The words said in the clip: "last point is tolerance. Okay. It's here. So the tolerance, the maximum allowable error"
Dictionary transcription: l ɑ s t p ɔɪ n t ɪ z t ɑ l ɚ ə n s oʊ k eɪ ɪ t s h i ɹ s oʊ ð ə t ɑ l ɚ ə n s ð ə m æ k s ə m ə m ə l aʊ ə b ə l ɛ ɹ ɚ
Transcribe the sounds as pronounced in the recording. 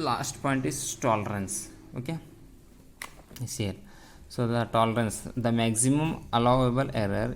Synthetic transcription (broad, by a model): l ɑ s t p ɔɪ n t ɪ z t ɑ l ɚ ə n s oʊ k eɪ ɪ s h i ɹ s oʊ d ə t ɑ l ɚ ə n s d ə m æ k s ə m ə m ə l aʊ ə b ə l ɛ ɹ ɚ